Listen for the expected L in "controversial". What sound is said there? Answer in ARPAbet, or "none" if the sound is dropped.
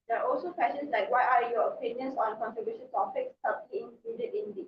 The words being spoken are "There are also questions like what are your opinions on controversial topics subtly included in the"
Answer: N